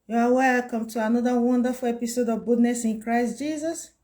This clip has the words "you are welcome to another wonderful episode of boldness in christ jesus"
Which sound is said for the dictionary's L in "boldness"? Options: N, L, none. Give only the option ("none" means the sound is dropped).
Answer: none